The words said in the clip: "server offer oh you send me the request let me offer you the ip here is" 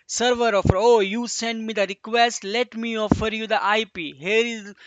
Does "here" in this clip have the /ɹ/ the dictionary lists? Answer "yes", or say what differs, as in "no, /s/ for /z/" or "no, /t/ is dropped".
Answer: yes